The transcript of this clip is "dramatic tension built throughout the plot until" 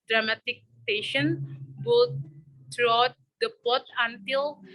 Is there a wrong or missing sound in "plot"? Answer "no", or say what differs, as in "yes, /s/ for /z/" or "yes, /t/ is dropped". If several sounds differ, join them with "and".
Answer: yes, /l/ is dropped